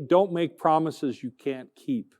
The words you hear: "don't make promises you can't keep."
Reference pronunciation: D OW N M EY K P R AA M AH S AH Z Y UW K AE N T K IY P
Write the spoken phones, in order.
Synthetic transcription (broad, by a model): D OW N M EY K P R AA M AH S AH Z Y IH K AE N K IY P